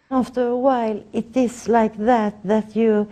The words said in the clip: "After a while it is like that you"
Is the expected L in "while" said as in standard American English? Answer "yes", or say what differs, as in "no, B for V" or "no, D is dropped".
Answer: yes